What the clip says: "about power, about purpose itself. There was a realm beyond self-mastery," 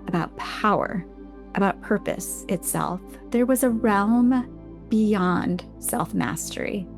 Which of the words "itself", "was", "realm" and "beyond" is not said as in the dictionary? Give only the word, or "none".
none